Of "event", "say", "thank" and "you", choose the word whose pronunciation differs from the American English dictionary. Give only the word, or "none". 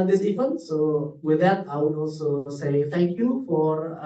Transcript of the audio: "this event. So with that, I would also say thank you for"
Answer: event